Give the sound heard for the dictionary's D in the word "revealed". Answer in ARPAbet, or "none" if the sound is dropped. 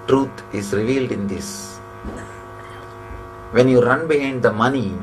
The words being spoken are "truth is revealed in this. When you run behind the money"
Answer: D